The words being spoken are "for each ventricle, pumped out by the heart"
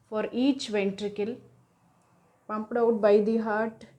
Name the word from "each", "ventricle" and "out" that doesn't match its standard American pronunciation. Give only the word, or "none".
none